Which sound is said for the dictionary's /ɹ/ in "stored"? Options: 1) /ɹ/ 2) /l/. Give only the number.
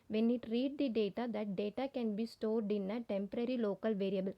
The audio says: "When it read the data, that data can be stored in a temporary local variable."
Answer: 1